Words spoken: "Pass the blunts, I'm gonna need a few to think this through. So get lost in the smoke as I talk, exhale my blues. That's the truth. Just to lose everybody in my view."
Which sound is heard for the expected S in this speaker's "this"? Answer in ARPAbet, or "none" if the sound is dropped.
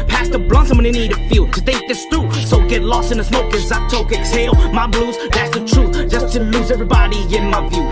S